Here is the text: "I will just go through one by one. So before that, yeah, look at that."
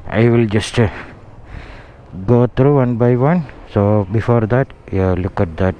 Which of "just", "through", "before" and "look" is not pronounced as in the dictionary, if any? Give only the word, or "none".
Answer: through